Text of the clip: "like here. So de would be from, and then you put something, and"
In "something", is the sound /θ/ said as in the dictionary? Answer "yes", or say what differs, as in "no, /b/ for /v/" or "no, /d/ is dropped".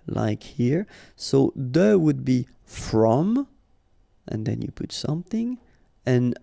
yes